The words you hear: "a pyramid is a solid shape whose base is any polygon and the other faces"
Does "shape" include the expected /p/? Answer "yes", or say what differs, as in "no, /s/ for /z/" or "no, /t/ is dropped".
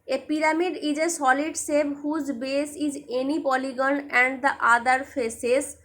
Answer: no, /b/ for /p/